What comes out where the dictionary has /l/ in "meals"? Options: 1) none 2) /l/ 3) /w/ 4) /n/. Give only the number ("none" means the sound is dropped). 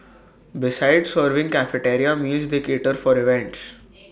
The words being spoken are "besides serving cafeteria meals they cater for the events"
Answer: 1